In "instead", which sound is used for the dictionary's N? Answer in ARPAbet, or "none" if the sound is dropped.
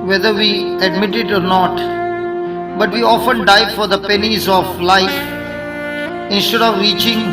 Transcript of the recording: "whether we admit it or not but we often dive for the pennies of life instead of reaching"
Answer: N